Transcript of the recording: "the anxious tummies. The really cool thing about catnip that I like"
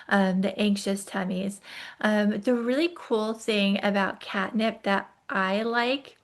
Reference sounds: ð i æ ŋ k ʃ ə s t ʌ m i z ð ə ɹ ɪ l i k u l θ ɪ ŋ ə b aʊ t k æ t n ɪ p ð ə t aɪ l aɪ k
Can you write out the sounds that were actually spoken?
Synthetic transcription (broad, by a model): ð i æ ŋ k ʃ ə s t ʌ m i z ð ə ɹ ɪ l i k u l θ ɪ ŋ ə b aʊ t k æ t n ɪ p ð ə t aɪ l aɪ k